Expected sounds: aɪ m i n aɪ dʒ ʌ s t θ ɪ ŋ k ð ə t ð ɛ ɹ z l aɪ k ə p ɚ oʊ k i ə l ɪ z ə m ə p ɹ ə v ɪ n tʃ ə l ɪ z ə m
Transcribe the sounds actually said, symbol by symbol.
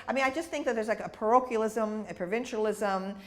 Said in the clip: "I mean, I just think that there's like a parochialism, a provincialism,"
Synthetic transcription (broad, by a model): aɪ m i n aɪ dʒ ʌ s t θ ɪ ŋ k ð ə t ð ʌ ɹ z l aɪ k ə p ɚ oʊ k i l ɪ z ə m ə p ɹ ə v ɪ n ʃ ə l ɪ z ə m